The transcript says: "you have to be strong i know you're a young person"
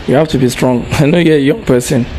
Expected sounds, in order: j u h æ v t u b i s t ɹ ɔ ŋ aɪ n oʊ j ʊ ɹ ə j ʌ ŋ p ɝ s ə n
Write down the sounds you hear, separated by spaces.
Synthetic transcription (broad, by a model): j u h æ f t u b i s t ɹ ɔ ŋ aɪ n oʊ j ə j ʌ ŋ p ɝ s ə n